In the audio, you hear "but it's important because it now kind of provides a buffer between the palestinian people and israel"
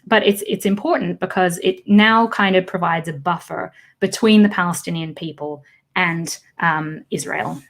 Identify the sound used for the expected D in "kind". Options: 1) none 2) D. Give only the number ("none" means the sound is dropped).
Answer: 2